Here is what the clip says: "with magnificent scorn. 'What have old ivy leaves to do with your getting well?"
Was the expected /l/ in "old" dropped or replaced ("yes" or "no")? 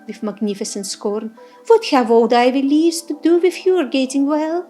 yes